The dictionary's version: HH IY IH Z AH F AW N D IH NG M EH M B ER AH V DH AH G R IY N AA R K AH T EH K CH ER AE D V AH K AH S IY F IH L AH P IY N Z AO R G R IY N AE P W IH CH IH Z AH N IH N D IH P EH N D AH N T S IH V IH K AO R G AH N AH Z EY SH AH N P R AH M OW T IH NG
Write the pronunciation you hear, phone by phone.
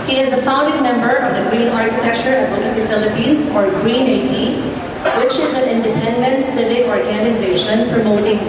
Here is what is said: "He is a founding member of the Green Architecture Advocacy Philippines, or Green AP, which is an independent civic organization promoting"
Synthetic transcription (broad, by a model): HH IY IH Z AH F AW N D IH NG M EH M B ER AH V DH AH G R IY N AA R K AH T EH K CH ER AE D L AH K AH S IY F IH L AH P IY N Z AO R G R IY N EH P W IH CH IH Z AH N IH N D IH P EH N D AH N T S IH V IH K AO R G AH N AH Z EY SH AH N P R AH M OW T IH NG